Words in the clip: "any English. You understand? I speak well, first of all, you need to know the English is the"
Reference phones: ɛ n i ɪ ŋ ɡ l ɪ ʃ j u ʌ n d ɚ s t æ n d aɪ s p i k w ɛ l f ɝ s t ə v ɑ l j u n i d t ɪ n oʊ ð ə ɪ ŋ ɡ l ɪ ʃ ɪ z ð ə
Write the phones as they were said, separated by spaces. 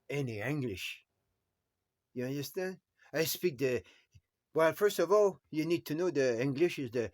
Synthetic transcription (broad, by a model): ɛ n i ɪ ŋ ɡ l ɪ ʃ j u ʌ n d ɚ s t æ n d aɪ s p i k w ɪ l f ɝ s t ə v ɑ l j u n i d t ɪ n oʊ ð ə ɪ ŋ ɡ l ɪ ʃ ɪ z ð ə